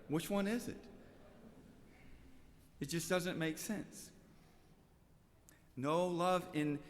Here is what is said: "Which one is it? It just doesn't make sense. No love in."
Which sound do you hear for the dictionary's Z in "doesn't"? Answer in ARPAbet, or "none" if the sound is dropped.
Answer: Z